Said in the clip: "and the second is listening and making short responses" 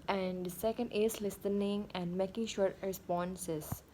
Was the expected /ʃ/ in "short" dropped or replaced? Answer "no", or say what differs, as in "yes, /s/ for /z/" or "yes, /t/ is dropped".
no